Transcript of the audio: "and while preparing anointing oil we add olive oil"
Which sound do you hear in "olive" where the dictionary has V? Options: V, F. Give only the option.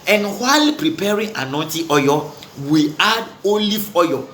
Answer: F